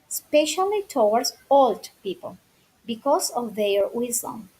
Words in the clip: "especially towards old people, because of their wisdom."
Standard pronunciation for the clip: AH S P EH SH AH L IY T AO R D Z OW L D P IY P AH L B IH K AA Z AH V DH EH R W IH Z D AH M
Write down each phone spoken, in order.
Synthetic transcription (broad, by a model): S P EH SH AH L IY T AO W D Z OW L D P IY P AH L B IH K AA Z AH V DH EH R W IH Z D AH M